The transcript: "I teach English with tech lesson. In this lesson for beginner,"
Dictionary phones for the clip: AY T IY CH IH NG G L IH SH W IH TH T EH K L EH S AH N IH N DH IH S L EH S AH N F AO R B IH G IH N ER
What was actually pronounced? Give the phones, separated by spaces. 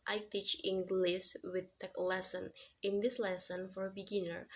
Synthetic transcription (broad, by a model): AY T IY CH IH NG G L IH S W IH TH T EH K L EH S AH N IH N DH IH S L EH S AH N F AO R B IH G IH N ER